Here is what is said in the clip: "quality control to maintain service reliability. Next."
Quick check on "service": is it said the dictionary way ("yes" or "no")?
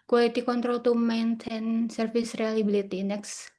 no